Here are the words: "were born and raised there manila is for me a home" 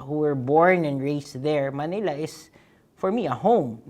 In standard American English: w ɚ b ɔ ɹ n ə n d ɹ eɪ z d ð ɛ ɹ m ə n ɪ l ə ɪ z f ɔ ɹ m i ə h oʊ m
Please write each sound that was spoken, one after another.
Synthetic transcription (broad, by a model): w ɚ b ɔ ɹ n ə n ɹ eɪ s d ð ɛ ɹ m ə n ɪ l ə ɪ s f ɔ ɹ m i ə h oʊ m